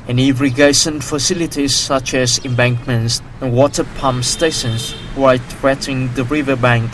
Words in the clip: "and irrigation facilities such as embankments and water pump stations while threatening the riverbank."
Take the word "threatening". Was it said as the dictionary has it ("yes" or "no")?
no